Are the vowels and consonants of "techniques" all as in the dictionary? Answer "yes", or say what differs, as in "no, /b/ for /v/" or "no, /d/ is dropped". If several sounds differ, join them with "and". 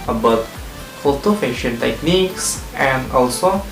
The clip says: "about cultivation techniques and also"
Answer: yes